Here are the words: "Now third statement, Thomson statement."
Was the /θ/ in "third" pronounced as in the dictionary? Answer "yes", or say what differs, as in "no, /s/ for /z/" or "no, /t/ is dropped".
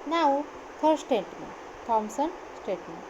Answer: no, /f/ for /θ/